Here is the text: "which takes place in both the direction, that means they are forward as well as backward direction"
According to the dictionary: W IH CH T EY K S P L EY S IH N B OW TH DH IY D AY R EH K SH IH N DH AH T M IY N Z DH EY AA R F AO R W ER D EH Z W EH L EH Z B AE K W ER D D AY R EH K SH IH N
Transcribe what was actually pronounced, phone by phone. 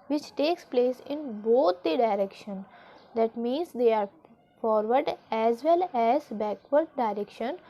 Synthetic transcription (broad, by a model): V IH CH T EY K S P L EY S IH N B OW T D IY D AY R EH K SH IH N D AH T M IY N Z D EY AA R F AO R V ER D EH Z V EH L EH Z B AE K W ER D D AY R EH K SH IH N